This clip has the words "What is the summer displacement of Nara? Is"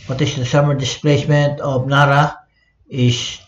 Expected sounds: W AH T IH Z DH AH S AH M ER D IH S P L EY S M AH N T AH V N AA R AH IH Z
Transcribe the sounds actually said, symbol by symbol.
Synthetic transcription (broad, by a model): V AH T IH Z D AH S AH M ER D IH S P L EY S M AH N T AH P N AA R AH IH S